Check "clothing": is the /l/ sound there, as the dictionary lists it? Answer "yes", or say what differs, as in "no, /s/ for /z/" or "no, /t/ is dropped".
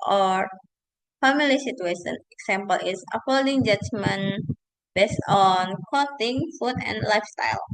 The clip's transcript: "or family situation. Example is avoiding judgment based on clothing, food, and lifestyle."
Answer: no, /l/ is dropped